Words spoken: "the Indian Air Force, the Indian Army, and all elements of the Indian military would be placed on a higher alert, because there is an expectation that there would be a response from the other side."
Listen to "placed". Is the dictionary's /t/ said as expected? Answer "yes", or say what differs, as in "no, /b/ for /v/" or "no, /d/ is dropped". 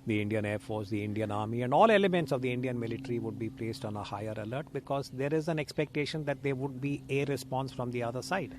yes